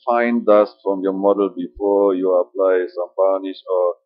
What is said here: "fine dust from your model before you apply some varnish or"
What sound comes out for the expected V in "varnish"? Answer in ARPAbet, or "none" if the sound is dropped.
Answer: B